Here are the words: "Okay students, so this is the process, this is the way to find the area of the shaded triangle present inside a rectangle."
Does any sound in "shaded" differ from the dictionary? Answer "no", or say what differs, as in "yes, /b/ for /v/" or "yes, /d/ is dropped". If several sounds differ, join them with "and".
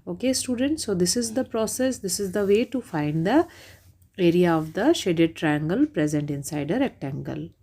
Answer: no